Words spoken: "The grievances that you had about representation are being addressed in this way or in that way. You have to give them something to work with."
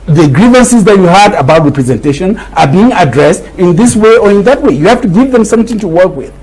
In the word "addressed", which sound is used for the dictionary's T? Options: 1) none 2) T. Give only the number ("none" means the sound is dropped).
2